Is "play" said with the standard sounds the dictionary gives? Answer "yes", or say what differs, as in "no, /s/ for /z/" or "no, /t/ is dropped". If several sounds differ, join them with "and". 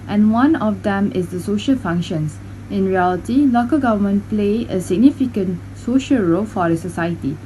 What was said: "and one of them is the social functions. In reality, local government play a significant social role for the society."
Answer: yes